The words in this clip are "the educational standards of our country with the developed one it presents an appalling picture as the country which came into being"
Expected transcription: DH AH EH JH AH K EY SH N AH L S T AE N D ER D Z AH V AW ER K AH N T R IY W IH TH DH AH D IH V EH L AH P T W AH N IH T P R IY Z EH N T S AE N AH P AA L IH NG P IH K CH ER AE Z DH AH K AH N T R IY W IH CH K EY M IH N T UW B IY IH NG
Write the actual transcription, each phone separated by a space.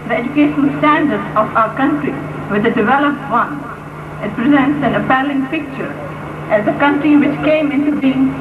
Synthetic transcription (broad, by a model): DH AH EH JH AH K EY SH AH N S T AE N D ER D AH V AW ER K AH N T R IY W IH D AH D IH V EH L AH P T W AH N IH T P R IY Z EH N T S AE N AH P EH L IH NG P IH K CH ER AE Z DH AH K AH N T R IY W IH CH K EY M IH N T UW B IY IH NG